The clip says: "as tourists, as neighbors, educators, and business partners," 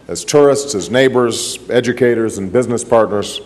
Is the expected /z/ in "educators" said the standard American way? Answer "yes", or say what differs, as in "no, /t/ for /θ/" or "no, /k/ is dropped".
yes